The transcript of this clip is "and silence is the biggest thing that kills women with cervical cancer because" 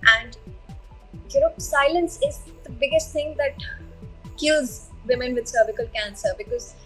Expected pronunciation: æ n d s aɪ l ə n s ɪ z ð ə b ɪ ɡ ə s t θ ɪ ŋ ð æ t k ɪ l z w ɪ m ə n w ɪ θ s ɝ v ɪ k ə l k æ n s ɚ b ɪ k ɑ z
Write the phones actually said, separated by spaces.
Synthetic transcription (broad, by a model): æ n d s aɪ l ə n s ɪ z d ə b ɪ ɡ ə s t t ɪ ŋ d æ t k ɪ l z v ɪ m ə n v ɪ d s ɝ b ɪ k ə l k æ n s ɚ b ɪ k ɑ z